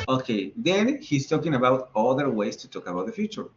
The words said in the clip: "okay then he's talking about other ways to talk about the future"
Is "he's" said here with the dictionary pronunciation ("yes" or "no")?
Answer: no